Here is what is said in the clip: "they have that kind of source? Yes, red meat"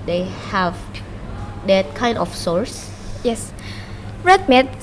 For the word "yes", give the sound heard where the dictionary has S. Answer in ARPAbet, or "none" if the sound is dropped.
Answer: S